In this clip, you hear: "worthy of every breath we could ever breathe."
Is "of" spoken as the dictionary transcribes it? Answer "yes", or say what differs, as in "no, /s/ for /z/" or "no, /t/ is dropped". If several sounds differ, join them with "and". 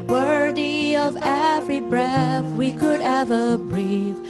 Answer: yes